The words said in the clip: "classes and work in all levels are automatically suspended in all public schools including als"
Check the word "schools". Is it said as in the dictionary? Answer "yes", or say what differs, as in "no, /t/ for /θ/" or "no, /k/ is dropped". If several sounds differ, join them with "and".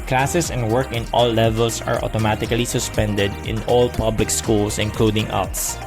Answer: no, /s/ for /z/